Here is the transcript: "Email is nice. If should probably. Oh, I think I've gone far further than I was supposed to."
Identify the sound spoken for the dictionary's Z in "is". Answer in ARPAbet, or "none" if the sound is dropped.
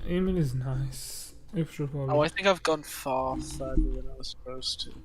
Z